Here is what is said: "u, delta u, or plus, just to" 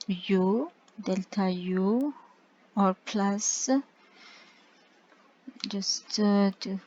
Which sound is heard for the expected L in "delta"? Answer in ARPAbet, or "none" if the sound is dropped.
L